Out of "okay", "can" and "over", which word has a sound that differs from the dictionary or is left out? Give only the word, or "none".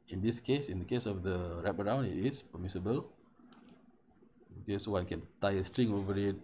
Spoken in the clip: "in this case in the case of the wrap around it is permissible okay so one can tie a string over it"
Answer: none